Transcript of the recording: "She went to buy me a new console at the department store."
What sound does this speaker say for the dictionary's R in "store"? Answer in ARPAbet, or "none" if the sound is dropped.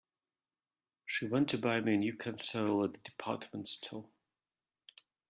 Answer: L